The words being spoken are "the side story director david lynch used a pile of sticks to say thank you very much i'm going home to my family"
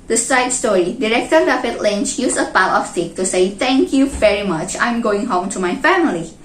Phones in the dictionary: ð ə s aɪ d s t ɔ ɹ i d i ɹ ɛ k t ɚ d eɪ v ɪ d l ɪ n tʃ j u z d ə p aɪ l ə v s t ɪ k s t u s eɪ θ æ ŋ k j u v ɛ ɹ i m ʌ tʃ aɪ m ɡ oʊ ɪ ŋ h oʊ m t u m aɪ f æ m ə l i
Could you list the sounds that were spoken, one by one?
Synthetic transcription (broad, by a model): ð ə s aɪ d s t ɔ ɹ i d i ɹ ɛ k t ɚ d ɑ f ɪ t l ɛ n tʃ j u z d ə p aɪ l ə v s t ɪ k t u s eɪ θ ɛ ŋ k j u v ɛ ɹ i m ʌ tʃ aɪ m ɡ oʊ ɪ ŋ h oʊ m t u m aɪ f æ m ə l i